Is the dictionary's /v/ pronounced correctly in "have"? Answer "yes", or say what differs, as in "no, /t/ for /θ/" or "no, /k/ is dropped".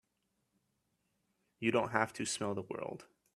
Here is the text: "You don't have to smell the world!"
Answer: no, /f/ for /v/